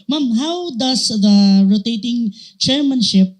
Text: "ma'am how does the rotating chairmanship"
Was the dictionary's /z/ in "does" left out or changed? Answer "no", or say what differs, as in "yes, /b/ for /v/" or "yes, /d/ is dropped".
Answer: yes, /s/ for /z/